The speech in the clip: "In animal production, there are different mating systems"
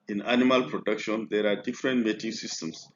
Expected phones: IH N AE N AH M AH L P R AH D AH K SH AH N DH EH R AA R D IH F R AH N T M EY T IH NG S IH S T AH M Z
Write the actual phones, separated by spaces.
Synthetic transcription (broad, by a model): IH N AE N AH M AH L P R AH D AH K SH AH N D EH R AA R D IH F R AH N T M EY T IH NG S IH S T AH M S